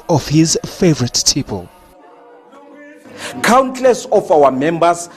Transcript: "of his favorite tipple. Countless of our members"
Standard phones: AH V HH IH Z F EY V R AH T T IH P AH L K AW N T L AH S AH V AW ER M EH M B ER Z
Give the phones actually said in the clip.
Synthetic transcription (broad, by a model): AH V HH IH Z F EY V R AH T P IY P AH L K AW N T L AH S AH F AW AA M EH M B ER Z